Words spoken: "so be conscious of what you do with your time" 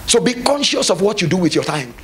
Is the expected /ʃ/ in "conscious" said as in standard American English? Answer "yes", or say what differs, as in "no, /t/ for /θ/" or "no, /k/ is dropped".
yes